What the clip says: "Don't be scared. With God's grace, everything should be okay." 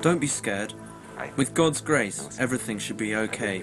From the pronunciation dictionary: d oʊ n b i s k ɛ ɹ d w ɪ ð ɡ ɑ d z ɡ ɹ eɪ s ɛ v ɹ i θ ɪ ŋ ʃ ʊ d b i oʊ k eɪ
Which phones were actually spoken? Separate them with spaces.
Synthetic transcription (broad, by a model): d oʊ n b i s k ɛ ɹ d w ɪ ð ɡ ɑ d z ɡ ɹ eɪ s ɛ v ɹ i θ ɪ ŋ ʃ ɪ d b i oʊ k eɪ